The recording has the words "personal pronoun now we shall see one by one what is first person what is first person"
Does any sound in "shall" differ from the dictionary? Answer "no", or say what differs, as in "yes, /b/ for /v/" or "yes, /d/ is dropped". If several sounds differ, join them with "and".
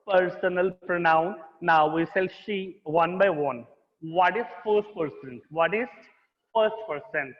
yes, /s/ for /ʃ/